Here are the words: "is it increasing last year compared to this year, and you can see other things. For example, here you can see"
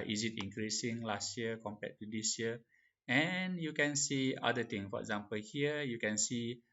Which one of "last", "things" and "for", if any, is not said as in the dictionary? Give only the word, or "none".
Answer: things